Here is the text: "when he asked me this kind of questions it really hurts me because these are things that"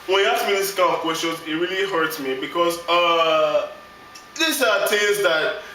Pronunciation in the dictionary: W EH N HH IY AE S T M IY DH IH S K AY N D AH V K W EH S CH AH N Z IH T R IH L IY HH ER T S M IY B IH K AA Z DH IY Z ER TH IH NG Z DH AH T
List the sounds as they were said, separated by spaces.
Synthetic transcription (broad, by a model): W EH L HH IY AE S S M IY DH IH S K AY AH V K W EH S CH AH N Z IH T R IH L IY HH ER T S M IY B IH K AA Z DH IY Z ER T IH Z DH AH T